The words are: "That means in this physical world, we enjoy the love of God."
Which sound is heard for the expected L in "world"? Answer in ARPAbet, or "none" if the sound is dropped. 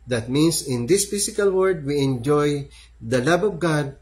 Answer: none